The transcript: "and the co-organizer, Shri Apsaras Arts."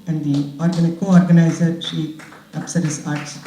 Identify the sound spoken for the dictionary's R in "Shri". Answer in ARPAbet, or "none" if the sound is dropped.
none